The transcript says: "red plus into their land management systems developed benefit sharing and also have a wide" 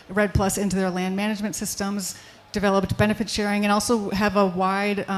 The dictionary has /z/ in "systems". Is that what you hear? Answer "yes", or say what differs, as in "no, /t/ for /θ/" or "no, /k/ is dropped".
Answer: yes